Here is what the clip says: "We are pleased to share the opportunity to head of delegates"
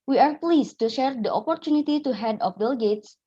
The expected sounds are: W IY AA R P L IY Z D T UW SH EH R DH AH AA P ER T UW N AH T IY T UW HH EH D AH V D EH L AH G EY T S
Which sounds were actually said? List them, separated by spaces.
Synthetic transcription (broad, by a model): W IY AA R P L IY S T UW SH EH R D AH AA P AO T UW N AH T IY T UW HH EH D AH F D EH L G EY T S